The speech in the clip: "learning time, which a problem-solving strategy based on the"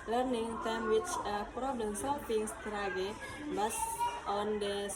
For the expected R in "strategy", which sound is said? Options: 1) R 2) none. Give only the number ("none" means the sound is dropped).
2